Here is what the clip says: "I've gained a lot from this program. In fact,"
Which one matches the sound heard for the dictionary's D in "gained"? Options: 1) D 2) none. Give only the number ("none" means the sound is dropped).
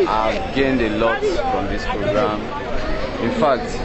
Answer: 1